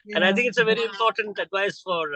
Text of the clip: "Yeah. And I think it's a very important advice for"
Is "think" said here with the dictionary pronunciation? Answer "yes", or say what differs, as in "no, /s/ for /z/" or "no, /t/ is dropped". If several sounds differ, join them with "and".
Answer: no, /t/ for /θ/